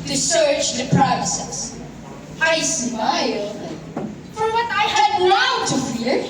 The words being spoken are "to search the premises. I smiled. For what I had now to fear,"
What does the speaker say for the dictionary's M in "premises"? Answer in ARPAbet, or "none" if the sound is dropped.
none